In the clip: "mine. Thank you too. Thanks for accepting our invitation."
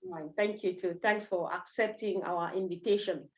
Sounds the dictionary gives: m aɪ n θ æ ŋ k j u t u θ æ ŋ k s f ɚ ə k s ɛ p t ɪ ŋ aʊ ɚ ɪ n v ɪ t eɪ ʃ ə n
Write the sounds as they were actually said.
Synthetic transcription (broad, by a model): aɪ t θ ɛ ŋ k j u t u t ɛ ŋ k s f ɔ ə k s ɛ p t ɪ ŋ aʊ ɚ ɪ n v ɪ t eɪ ʃ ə n